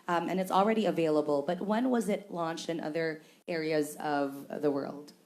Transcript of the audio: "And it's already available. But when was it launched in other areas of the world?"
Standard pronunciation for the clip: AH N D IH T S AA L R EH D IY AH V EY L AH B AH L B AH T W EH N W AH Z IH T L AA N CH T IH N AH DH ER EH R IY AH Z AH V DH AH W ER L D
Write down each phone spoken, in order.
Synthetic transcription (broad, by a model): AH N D IH T S L R EH D IY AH V EY L AH B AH L B AH T W EH N W AH Z IH T L AA N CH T IH N AH DH ER EH R IY AH Z AH V DH AH W ER L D